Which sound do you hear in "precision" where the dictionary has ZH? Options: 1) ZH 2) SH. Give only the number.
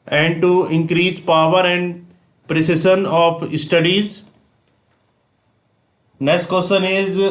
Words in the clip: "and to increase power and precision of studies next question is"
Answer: 2